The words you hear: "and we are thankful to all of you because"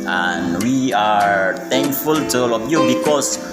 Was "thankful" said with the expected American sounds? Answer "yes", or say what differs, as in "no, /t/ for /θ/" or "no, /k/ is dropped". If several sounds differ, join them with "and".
no, /t/ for /θ/